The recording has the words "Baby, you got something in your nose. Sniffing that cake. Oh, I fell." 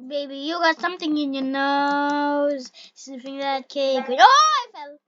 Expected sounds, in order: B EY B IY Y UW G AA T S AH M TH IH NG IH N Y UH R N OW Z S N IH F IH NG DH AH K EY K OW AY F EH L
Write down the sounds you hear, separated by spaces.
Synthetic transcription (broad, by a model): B EY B IY Y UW G AA T S AH M TH IH NG IH N Y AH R N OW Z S IH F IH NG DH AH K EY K OW AY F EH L